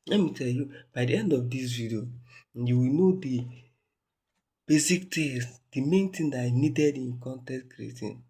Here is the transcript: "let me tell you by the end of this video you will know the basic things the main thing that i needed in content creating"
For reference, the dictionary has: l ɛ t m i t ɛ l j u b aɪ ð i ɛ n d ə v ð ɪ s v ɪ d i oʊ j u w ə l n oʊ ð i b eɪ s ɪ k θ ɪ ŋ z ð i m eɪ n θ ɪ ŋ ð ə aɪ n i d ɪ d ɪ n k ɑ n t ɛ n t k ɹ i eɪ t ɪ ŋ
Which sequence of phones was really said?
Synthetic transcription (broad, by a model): l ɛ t m i t ɛ l j u b aɪ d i ɛ n d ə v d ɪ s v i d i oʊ j u w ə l n oʊ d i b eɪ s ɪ k t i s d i m eɪ n t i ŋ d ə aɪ n i d ɪ d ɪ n k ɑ n t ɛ t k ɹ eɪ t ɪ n